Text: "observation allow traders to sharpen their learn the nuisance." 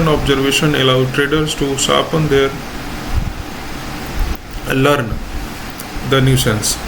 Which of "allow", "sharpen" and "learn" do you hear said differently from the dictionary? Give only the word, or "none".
sharpen